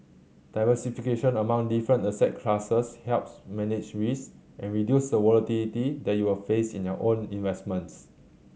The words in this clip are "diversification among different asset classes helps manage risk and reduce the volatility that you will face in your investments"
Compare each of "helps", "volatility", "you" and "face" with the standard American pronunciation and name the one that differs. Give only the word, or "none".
volatility